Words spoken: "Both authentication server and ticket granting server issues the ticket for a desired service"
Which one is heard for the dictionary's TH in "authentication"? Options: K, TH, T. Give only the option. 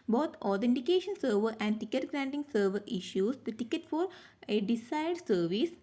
T